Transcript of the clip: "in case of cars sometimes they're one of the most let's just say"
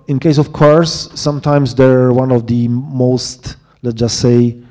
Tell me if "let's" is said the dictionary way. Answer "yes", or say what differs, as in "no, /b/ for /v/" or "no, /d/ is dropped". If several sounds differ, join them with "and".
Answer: no, /s/ is dropped